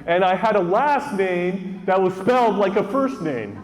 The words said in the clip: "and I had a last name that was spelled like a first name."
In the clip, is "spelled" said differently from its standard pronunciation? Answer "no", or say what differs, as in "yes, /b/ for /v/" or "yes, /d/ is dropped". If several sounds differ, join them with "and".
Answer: no